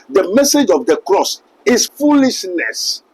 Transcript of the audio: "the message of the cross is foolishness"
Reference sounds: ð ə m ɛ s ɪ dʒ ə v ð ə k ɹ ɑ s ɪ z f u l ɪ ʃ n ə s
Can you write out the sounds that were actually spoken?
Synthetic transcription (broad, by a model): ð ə m ɛ s ɪ dʒ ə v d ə k ɹ ɑ s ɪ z f u l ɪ ʃ n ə s